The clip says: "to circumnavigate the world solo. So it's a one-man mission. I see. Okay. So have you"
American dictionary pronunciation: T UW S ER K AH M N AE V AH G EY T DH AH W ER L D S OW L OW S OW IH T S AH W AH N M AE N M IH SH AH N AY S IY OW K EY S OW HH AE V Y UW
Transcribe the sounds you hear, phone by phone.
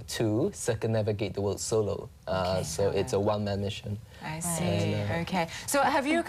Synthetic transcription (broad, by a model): T UW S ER K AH N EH V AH G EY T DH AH W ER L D S OW L OW S OW IH T S AH W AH N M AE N M IH SH AH N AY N OW K EY S OW HH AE V Y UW